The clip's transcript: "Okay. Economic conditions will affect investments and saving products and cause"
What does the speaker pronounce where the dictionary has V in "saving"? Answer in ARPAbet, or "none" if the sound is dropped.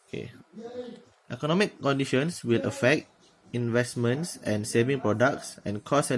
V